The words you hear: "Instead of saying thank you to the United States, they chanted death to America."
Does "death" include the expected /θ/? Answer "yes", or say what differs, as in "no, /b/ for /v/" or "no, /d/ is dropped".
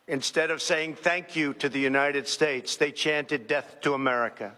yes